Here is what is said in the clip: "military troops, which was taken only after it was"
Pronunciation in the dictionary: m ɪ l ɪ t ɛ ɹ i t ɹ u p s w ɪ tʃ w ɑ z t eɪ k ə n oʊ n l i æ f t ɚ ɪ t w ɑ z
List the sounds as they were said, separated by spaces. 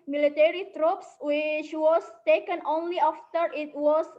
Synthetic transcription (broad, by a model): m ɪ l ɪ t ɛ ɹ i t ɹ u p s w ɪ tʃ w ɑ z t eɪ k ə n oʊ n l i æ f t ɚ ɪ t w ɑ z